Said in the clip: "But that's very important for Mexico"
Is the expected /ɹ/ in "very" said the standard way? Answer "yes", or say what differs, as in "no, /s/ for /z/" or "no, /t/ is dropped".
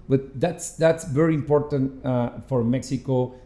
yes